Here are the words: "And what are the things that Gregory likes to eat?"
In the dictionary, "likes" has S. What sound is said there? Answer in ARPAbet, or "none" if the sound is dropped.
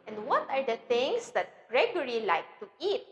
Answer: none